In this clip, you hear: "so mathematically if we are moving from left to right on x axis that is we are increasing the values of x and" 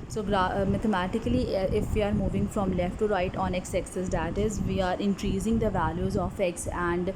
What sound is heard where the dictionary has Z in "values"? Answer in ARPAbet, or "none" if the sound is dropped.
Z